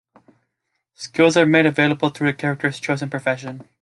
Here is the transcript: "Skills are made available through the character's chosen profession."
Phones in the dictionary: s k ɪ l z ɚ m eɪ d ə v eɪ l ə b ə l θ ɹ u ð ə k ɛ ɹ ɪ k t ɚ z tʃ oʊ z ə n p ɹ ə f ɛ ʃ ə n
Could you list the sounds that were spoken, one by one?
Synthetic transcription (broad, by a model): s k ɪ l z ɚ m eɪ d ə v eɪ l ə b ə l θ ɹ u ð ə k ɛ ɹ ɪ k t ɚ z tʃ oʊ z ə n p ɹ ə f ɛ ʃ ə n